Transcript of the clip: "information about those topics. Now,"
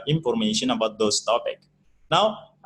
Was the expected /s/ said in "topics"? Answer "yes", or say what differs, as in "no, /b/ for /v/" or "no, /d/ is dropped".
no, /s/ is dropped